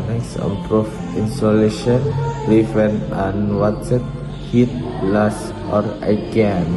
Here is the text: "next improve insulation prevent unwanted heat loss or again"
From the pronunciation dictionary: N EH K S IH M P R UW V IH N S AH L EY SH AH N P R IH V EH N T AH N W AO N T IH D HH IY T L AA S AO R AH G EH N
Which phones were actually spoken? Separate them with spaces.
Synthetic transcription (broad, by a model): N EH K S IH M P R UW F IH N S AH L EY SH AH N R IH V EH N AH N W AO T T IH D HH IY T L AA S AO R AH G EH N